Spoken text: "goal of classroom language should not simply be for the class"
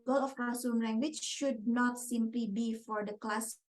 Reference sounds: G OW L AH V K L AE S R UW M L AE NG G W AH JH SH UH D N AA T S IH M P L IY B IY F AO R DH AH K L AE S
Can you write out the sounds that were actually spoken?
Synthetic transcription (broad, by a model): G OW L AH F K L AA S UW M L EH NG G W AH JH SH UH D N AA T S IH M P L IY B IY F AO R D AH K L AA S